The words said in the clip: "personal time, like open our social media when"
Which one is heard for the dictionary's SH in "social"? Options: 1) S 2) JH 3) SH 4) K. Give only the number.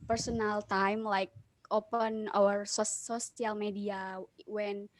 1